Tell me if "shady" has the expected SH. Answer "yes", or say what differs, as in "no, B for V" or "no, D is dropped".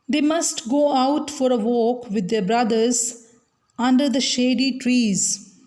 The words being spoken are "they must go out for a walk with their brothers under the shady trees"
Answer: yes